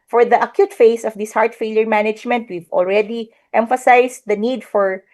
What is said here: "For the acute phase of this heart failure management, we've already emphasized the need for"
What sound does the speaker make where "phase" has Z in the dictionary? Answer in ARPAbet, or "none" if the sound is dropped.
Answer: S